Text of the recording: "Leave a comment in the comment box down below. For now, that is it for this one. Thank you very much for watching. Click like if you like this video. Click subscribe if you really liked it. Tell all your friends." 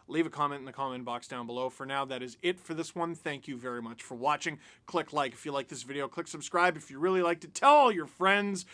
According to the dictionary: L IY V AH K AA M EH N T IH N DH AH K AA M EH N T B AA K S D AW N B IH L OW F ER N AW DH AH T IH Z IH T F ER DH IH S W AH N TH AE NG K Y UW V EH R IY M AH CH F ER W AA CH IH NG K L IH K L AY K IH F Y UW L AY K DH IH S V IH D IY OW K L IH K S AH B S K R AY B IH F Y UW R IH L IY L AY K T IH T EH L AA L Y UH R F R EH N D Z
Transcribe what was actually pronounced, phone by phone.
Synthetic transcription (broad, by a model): L IY V AH K AA M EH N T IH N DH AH K AA M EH N B AA K S D AW N B IH L OW F ER N AW DH AH T IH Z IH T F ER DH IH S W AH N TH AE NG K Y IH V EH R IY M AH CH F ER W AA CH IH NG K L IH K L AY K IH F Y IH L AY K DH IH S V IH D IY OW K L IH K S AH B S K R AY B IH F Y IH R IH L IY L AY K T IH T EH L L Y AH R F R EH N D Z